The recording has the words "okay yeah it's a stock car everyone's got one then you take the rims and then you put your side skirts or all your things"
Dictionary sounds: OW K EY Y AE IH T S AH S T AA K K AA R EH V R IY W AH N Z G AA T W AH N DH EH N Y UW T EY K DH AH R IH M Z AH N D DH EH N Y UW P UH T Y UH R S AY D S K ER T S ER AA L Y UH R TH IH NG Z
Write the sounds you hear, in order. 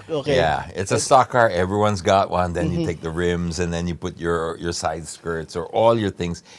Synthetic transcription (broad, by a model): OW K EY Y AE IH T S AH S T AA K K AA R EH V R IY W AH N Z G AA T W AH N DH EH N Y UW T EY K DH AH R IH M Z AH N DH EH N Y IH P UH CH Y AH R S AY D S K ER T S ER AA L Y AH R TH IH NG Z